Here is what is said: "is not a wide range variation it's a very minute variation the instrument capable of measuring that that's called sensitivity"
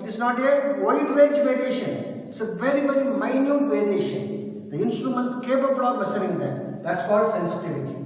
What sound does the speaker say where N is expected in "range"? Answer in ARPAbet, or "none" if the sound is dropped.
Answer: none